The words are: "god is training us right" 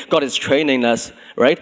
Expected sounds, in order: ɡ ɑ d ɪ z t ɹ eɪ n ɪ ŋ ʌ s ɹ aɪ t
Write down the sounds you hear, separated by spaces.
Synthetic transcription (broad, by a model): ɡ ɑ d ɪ s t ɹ eɪ n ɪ ŋ ʌ s ɹ aɪ t